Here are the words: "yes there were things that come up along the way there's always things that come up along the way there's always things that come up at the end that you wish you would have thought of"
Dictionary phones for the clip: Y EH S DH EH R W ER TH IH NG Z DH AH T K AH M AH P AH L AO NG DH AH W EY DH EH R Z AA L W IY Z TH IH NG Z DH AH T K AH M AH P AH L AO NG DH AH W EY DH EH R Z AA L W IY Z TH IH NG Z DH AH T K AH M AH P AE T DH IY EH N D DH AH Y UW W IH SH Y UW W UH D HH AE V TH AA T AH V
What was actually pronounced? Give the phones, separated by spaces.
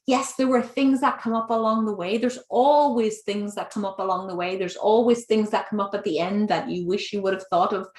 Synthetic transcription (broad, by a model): Y EH S DH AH R W ER TH IH NG Z DH AH T K AH M AH P AH L AO NG DH AH W EY DH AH R Z AA L W IY Z TH IH NG Z DH AH T K AH M AH P AH L AO NG DH AH W EY DH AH R Z AA L W IY Z TH IH NG Z DH AH T K AH M AH P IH T DH IY EH N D DH AH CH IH W IH SH Y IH W UH D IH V TH AA T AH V